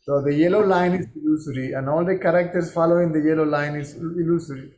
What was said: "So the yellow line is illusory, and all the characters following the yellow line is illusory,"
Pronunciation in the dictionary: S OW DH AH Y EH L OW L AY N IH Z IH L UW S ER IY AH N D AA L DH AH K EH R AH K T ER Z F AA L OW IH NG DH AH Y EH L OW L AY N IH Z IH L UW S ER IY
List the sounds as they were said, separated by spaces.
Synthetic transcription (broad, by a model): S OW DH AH Y EH L OW L AY N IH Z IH L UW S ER IY AH N D AA L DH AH K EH R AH K T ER S F AA L OW IH NG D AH Y EH L OW L AY N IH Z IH L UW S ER IY